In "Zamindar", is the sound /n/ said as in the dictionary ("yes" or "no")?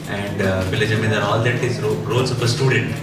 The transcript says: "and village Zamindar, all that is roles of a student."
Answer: no